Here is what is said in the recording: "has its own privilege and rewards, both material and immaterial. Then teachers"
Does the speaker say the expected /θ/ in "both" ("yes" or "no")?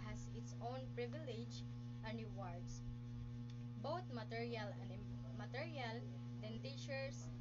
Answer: no